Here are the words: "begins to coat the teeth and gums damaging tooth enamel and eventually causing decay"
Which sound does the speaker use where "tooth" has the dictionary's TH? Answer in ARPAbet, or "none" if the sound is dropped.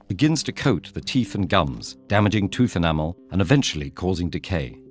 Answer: TH